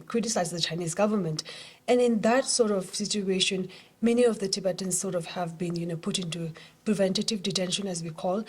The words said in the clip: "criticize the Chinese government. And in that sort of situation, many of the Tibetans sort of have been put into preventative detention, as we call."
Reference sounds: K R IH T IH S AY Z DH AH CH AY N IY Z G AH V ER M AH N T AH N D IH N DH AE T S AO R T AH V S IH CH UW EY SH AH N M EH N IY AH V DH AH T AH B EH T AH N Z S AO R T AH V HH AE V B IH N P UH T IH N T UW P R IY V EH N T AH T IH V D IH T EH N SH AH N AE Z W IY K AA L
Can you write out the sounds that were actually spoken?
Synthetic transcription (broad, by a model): K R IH T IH S AY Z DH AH CH AY N IY Z G AH V ER M AH N T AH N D IH N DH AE T S AO R T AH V S IH CH UW EY SH AH N M EH N IY AH V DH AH T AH B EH T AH N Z S AO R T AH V HH AE V B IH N P UH T IH N T UW P R IY V EH N T AH T IH V D IH T EH N SH AH N AE Z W IY K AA L